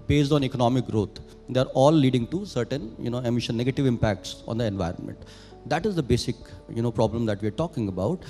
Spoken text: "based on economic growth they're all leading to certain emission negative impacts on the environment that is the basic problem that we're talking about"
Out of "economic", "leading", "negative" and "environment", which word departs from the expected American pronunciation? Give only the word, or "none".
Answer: none